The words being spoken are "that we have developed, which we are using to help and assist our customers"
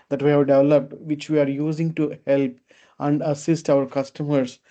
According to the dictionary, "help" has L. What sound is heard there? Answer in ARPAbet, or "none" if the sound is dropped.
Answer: L